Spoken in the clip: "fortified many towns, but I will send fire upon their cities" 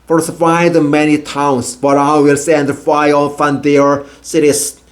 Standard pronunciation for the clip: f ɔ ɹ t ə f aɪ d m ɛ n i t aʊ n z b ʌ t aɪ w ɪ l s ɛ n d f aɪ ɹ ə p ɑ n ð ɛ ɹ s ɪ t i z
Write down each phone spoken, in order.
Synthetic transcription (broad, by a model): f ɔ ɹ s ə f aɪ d m ɛ n i t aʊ n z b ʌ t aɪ w ɪ l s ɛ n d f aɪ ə f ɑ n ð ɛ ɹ s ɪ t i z